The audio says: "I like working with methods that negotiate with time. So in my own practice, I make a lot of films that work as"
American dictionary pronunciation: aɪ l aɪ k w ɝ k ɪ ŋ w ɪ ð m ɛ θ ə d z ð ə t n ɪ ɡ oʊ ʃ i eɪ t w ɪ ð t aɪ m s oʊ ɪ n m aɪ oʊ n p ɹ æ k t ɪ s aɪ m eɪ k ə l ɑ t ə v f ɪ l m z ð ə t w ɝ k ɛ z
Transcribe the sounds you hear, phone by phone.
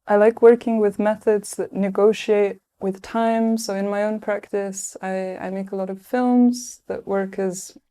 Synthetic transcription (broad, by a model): aɪ l aɪ k w ɝ k ɪ ŋ w ɪ ð m ɛ θ ə d z ð ə t n ɪ ɡ oʊ ʃ i eɪ t w ɪ ð t aɪ m s oʊ ɪ n m aɪ oʊ n p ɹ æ k t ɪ s aɪ m eɪ k ə l ɑ t ə v f ɪ l m z ð ə t w ɝ k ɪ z